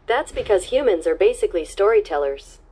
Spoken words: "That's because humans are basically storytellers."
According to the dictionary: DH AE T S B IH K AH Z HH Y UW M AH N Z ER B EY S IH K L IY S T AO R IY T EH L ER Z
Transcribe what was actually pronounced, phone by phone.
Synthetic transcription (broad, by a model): DH AE T S B IH K AH Z HH Y UW M AH N Z ER B EY S IH K L IY S T AO R IY T EH L ER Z